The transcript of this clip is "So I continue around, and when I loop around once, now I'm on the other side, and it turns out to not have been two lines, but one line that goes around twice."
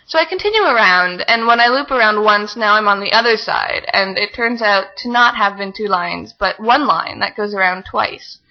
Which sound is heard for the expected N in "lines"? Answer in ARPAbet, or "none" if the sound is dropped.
N